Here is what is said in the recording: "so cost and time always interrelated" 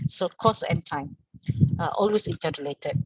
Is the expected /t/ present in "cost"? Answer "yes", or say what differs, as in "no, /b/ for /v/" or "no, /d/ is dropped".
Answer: no, /t/ is dropped